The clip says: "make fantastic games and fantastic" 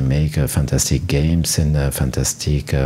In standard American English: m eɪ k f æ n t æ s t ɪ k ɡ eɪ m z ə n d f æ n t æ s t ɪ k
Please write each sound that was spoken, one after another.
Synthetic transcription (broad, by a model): m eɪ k f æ n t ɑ s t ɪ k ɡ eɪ m s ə n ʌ f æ n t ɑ s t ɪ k